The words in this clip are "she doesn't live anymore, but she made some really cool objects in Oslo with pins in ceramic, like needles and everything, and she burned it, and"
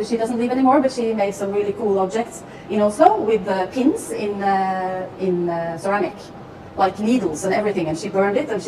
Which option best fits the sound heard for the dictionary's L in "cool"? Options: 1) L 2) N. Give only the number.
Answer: 1